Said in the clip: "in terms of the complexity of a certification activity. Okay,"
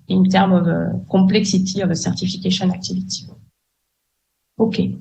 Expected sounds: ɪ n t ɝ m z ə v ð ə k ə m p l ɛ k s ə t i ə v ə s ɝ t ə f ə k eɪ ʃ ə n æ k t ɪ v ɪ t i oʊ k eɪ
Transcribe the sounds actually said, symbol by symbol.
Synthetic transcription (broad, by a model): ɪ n t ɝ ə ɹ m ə k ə p l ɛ k s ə t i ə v ə s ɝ t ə f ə k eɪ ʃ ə n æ k t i v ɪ t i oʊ k eɪ